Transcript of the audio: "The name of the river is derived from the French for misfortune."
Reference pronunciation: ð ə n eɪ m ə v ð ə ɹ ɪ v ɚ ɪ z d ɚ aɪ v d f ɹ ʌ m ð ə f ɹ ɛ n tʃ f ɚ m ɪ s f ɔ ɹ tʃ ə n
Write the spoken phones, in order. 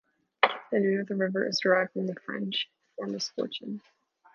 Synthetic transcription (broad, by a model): ð ə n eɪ ə v ð ə ɹ ɪ v ɚ ɪ z d ɚ aɪ v d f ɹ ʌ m ð ə f ɹ ɛ n tʃ f ɚ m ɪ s f ɔ ɹ tʃ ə n